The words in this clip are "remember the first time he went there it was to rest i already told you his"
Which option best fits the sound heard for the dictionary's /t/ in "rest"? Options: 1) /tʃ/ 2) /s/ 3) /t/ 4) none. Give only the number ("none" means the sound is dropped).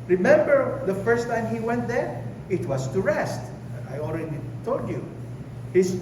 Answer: 3